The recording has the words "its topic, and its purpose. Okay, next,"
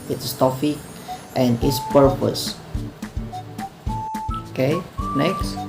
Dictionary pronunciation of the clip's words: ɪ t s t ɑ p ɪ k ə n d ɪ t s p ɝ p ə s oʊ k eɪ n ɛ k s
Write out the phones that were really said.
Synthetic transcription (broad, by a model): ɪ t s t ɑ f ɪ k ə n ɪ t s p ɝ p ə s oʊ k eɪ n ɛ k s